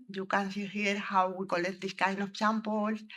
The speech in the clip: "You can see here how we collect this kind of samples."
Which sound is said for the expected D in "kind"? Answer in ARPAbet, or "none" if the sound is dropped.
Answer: none